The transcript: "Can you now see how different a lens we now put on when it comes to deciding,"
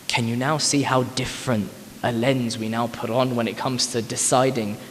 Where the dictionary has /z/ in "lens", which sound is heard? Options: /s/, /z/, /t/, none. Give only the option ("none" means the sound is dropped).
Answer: /z/